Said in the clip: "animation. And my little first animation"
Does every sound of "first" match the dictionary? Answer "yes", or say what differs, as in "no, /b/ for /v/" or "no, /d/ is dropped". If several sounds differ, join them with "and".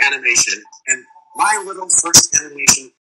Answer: yes